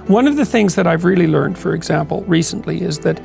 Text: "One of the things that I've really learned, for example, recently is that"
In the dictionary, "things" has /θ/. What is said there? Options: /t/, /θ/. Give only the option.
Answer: /θ/